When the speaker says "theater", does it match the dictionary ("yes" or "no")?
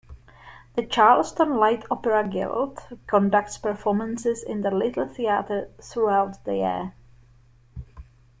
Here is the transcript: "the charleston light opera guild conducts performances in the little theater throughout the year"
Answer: yes